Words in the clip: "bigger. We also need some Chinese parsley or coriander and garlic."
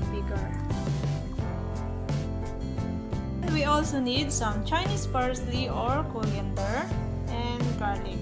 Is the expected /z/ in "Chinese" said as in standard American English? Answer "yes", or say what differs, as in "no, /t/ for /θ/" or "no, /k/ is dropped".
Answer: no, /s/ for /z/